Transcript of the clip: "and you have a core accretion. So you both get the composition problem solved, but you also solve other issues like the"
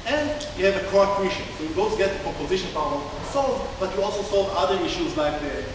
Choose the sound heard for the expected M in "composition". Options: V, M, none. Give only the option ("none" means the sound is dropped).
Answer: none